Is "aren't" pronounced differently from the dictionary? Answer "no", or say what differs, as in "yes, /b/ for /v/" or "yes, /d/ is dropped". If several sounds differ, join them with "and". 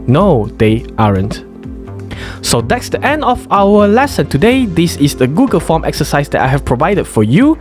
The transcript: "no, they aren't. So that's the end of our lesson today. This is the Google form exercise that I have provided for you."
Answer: no